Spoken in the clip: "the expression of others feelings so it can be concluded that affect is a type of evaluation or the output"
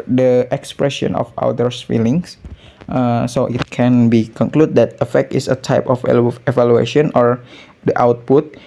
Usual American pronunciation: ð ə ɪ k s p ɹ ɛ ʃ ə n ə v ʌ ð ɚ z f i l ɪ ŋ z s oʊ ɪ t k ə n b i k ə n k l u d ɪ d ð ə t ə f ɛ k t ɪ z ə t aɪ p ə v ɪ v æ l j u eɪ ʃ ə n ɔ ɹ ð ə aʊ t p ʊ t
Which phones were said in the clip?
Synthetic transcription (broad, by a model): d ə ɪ k s p ɹ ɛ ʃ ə n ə f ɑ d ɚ s f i l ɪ ŋ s s oʊ ɪ t k ə n b i k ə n k l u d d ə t ə f ɛ k t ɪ s ə t aɪ p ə f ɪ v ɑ l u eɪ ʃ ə n ɔ ɹ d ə aʊ t p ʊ t